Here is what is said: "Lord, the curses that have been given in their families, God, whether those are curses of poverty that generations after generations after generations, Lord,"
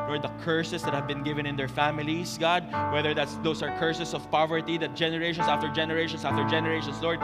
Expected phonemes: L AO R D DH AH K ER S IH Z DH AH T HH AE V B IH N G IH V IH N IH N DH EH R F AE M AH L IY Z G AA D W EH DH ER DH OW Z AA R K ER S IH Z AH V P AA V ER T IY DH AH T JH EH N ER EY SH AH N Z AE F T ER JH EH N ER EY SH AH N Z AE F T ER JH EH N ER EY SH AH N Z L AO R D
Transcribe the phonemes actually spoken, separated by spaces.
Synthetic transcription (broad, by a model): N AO R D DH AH K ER S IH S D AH T HH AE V B IH N G IH V IH N IH N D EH R F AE M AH L IY S G AA D W EH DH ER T OW S AA R K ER S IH S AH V P AA V ER T IY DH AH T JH EH N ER EY SH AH N S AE F T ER JH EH N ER EY SH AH N S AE F T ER JH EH N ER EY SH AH N S L AO R D